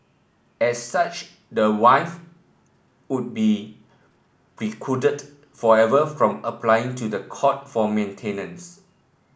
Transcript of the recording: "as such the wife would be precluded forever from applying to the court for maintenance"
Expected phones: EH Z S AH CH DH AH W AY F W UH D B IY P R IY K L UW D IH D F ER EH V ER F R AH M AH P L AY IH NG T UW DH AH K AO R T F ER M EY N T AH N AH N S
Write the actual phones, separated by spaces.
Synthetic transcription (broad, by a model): EH S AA CH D AH W AY F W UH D B IY P R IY K UW D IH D F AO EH V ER F R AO M AH P L AY IH NG T UW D AH K AO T F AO M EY N T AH N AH N S